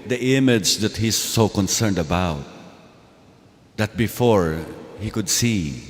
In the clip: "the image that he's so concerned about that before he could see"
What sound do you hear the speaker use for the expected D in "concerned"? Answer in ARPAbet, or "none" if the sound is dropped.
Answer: D